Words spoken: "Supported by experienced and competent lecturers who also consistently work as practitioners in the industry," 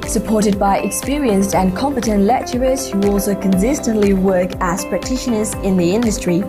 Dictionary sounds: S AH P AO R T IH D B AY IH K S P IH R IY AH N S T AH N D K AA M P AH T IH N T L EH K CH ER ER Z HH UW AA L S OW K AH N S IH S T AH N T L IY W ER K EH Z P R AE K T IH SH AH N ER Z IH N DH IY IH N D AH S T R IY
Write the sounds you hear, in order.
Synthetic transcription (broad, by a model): S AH P AO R T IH D B AY IH K S P IH R IY AH N S T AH N K AA M P AH T IH N T L EH K CH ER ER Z HH UW AA L S OW K AH N S IH S T AH N T L IY W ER K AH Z P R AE K T IH SH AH N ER Z IH N DH IY IH N D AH S T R IY